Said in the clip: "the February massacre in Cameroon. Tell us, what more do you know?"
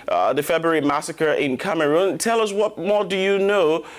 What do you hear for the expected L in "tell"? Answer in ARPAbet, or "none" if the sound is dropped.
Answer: L